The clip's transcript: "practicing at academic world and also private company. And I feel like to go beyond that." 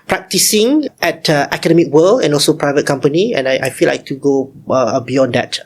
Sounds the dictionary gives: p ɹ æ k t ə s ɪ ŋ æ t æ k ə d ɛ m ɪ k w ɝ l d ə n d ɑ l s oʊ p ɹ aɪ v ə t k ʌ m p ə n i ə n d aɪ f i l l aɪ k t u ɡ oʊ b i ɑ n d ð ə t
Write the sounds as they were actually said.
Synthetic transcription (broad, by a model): p ɹ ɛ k t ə s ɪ ŋ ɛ t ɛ k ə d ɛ m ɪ k w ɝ l ə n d ɑ l s oʊ p ɹ aɪ v ə t k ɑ m p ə n i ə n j aɪ f i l l aɪ k t u ɡ oʊ b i ɑ n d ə t